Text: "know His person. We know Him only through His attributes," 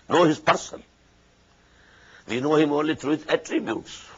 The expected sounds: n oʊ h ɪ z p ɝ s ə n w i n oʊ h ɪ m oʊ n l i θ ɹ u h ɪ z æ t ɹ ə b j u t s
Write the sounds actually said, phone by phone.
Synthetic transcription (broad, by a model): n oʊ h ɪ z p ɝ s ə n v i n oʊ h ɪ m oʊ n l i t ɹ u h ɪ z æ t ɹ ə b j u t s